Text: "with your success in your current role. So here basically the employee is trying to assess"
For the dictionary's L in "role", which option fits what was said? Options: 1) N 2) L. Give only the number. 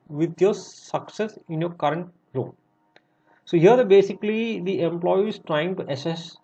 1